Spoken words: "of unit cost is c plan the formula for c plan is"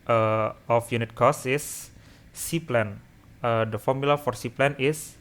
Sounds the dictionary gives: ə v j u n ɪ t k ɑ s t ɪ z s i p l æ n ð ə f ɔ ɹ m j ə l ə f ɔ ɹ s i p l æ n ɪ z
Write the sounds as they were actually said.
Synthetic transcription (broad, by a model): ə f j u n ɪ t k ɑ s ɪ s i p l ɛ n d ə f ɔ ɹ m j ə l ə f ɔ ɹ s i p l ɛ n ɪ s